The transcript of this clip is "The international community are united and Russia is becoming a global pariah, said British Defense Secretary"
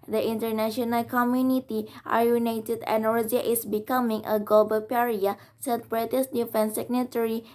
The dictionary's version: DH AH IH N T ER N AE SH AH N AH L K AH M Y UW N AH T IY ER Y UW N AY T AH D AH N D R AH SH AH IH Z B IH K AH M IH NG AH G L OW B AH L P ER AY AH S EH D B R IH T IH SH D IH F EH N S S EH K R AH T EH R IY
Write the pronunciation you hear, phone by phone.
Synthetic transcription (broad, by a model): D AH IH N T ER N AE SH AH N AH L K AH M Y UW N AH T IY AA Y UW N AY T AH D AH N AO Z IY AH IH S B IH K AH M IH NG AH G L OW B AH L P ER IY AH S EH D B R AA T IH S D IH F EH N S S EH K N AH T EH R IY